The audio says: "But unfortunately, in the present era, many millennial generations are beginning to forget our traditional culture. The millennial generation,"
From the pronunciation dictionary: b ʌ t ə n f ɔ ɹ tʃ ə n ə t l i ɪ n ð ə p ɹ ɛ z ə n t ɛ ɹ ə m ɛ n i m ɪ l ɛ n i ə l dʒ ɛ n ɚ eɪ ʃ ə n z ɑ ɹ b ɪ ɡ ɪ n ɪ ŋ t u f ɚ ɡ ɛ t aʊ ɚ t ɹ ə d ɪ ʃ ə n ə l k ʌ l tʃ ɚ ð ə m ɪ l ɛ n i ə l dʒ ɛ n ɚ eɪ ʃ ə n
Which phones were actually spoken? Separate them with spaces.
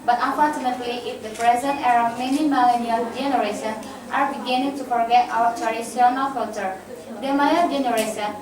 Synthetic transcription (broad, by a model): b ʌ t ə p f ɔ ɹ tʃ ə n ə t l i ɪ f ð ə p ɹ ɛ z ə n t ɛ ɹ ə m ɛ n i m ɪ l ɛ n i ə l dʒ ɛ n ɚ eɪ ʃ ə n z ɑ ɹ b ɪ ɡ ɪ n ɪ ŋ t u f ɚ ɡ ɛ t aʊ ɚ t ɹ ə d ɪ s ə n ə l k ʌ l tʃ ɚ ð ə m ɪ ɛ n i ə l dʒ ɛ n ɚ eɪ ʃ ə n